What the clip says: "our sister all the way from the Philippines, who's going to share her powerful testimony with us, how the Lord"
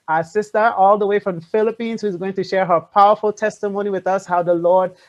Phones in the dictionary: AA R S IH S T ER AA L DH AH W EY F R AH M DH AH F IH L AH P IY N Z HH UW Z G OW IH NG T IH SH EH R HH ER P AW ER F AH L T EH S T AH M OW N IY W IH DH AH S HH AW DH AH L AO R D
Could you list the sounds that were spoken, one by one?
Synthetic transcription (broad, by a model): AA S IH S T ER AA L DH AH W EY F R AH M F IH L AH P IY N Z HH UW Z G OW IH NG T IH SH EH R HH ER P AW ER F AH L T EH S T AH M OW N IY W IH DH AH S HH AW DH AH L AO R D